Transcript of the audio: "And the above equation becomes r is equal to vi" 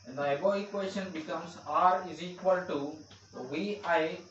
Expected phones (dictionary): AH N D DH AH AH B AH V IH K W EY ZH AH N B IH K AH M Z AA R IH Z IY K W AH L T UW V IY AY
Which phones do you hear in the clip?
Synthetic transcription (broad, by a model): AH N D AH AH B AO IH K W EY SH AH N B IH K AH M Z AA R IH Z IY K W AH L T UW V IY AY